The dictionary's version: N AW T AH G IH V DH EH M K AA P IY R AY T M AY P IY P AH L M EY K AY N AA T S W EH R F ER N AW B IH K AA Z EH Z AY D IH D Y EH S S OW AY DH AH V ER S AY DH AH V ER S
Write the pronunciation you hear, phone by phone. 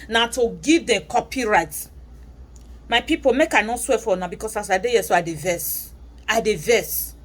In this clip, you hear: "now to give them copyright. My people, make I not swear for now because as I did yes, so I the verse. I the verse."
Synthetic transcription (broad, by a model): N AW T AH G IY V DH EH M K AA P IY R AY T M AY P IY P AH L M EY K AY N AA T S W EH F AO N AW B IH K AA S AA S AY D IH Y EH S S OW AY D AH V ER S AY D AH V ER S